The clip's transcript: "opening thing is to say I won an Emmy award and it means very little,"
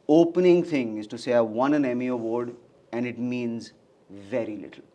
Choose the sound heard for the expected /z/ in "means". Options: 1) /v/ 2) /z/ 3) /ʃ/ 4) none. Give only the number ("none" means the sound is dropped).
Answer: 2